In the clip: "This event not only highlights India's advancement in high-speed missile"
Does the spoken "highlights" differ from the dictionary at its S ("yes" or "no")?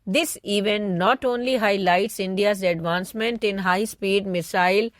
no